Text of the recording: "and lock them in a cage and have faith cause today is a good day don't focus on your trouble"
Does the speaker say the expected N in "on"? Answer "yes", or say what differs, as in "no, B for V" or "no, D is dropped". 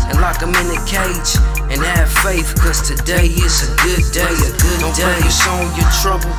no, L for N